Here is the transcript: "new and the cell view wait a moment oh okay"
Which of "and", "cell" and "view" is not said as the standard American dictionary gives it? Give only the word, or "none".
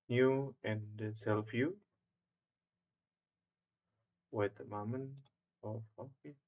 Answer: view